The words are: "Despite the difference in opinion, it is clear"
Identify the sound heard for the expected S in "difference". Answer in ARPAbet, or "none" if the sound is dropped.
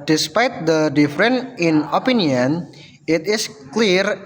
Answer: none